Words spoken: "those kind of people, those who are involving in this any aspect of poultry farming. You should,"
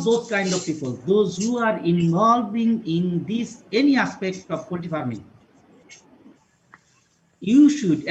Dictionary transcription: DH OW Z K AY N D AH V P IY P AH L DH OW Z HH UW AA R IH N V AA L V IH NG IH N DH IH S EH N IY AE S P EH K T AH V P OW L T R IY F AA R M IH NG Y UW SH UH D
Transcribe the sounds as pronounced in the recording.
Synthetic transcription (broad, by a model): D OW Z K AY N D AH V P IY P AH L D OW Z HH UW AA R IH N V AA L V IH NG IH N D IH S EH N IY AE S P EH K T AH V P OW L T IY F AA R M IH NG Y UW SH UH D